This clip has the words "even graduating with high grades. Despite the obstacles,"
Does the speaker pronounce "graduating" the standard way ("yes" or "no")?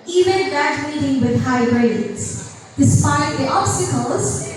no